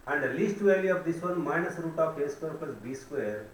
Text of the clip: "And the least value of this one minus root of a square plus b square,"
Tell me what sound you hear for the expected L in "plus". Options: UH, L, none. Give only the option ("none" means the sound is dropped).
none